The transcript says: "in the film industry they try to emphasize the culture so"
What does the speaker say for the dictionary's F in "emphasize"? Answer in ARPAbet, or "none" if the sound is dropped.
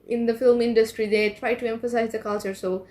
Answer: F